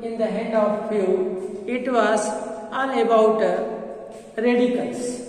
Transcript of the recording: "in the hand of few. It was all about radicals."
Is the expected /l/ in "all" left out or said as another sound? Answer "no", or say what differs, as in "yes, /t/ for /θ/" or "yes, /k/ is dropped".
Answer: yes, /n/ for /l/